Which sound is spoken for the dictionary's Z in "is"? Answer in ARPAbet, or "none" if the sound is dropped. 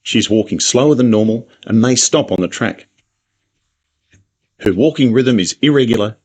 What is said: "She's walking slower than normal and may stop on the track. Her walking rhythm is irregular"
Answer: Z